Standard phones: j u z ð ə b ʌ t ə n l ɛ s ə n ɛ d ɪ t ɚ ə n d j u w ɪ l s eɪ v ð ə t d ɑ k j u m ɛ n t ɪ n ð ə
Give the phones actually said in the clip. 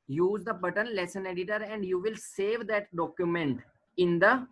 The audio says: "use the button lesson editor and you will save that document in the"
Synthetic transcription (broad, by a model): j u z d ə b ʌ t ə n l ɛ s ə n ɛ d ɪ t ɚ ə n d j u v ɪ l s eɪ v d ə t d ɑ k j u m ɛ n t ɪ n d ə